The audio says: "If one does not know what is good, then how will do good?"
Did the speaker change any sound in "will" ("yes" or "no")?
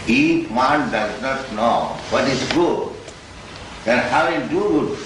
yes